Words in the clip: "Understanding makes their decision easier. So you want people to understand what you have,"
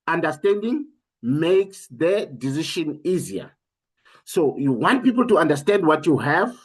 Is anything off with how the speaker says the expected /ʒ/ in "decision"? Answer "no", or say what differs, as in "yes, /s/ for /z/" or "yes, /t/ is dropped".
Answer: yes, /ʃ/ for /ʒ/